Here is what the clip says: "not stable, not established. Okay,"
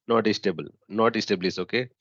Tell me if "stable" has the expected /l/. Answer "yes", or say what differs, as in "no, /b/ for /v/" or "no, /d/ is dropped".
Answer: yes